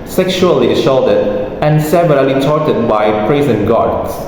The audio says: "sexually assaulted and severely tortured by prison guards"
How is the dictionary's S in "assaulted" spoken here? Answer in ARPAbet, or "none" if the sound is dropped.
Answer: SH